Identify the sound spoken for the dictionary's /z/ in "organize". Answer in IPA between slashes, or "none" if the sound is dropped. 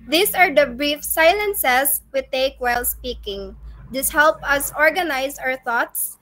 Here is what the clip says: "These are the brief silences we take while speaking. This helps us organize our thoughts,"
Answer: /s/